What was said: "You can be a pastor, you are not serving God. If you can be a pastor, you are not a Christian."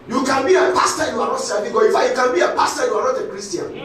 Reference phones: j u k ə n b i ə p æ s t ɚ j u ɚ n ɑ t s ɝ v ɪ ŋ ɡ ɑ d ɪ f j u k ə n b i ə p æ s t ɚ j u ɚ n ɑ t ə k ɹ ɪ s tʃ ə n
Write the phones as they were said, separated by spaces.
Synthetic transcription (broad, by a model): j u k ə n b i ə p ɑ s t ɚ j u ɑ n ɑ t s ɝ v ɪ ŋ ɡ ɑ ɪ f j u k ə n b i ə p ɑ s t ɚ j u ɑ n ɑ t ə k ɹ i s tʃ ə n